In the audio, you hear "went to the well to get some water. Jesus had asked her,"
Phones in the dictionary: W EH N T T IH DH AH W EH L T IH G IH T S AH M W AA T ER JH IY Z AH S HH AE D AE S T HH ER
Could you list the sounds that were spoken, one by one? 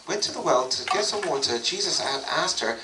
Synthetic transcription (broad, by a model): W EH N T T IH DH AH W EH L T IH G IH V S AH M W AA T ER JH IY Z AH S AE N AE S T HH ER